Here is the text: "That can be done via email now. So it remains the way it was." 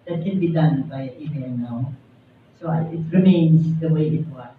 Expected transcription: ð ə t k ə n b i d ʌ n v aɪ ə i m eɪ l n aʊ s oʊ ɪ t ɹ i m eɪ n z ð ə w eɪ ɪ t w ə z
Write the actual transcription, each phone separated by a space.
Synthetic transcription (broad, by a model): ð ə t k ə n b i d ʌ n b aɪ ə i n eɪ n aʊ s oʊ ɪ t ɹ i m eɪ n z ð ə w eɪ ɪ t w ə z